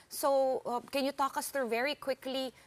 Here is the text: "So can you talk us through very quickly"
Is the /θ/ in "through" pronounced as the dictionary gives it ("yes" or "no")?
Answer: no